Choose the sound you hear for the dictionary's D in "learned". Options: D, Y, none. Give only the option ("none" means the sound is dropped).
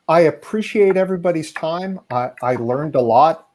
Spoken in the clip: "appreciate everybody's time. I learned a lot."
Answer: D